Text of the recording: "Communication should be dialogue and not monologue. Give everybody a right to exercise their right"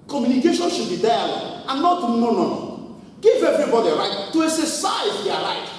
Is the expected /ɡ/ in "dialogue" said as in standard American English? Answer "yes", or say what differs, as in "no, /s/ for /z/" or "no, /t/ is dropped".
no, /ɡ/ is dropped